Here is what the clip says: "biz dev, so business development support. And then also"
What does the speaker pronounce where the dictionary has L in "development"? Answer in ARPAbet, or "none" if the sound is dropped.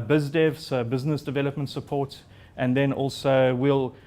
L